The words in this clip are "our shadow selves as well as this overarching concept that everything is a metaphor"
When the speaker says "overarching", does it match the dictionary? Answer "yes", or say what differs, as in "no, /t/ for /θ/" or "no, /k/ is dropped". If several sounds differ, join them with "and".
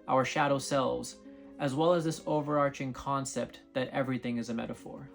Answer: yes